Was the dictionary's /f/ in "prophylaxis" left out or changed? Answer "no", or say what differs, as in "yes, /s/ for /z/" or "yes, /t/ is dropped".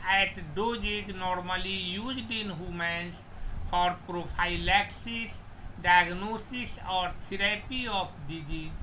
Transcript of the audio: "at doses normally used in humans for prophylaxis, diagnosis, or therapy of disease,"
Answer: yes, /p/ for /f/